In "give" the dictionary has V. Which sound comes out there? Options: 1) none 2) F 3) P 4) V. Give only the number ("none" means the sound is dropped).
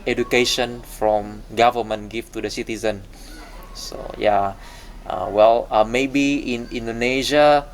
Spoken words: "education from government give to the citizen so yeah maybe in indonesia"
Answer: 2